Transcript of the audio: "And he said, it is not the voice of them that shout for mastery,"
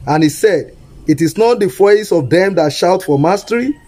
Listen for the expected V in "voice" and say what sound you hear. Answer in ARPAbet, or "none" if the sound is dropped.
F